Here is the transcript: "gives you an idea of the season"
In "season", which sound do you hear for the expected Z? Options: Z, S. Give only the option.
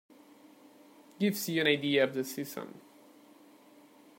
S